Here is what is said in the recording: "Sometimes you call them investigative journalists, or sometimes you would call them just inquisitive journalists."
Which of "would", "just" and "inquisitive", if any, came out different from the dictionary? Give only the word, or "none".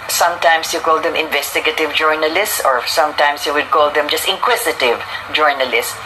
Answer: inquisitive